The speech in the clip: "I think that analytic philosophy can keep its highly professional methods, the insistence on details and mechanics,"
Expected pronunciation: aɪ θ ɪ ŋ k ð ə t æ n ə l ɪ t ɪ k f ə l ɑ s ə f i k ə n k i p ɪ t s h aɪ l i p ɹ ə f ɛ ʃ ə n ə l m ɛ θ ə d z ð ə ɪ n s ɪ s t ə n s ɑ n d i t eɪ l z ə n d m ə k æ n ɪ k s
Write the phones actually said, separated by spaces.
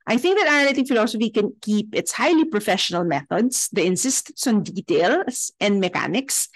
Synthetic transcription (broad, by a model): aɪ θ ɪ ŋ k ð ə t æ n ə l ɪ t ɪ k f ə l ɑ s ə f i k ə n k i p ɪ t s h aɪ l i p ɹ ə f ɛ ʃ ə n ə l m ɛ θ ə d s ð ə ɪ n s ɪ s t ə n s ɑ n d i t eɪ l s ə n d m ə k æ n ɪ k s